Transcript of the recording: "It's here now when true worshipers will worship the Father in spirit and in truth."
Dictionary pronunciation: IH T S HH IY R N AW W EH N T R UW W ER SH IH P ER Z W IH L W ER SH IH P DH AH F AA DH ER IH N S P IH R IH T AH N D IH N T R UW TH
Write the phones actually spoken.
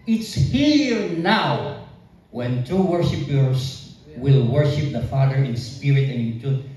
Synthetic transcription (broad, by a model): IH T S HH IY R N AW W EH N T UW W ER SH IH P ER S W IH L W ER SH IH P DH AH F AA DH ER IH N S P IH R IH T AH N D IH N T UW